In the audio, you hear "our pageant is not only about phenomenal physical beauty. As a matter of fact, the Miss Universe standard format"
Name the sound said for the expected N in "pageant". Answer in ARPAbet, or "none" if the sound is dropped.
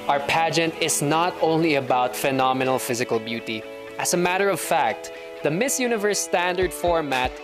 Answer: N